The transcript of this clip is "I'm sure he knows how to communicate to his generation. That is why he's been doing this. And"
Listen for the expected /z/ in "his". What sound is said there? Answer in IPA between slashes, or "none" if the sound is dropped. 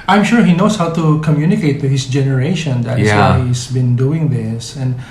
/s/